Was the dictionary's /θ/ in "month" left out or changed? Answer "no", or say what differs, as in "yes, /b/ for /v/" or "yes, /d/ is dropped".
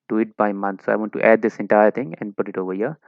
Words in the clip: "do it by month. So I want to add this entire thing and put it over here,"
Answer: yes, /t/ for /θ/